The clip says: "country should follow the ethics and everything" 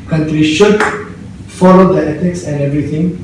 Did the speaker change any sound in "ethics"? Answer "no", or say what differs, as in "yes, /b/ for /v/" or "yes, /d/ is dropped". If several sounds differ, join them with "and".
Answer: yes, /t/ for /θ/